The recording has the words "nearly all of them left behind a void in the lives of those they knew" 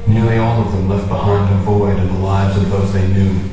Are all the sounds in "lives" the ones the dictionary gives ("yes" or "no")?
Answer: yes